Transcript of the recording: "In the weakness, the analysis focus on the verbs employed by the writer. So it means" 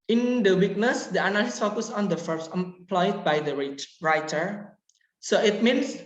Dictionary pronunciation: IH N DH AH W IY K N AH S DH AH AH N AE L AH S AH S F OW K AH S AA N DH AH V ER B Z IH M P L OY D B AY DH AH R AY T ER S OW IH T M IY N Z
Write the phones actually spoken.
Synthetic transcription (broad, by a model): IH N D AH W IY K N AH S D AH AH N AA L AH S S F OW K AH S AA N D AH F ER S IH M P L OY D B AY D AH R AY T ER S OW IH T M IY N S